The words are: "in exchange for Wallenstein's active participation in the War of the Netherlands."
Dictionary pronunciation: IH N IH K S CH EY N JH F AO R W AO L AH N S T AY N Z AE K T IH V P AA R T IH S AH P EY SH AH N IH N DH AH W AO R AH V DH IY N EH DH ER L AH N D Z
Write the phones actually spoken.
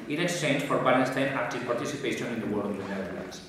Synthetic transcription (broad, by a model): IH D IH S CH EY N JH F AO R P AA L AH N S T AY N AE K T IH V P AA R T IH S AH P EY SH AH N IH N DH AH W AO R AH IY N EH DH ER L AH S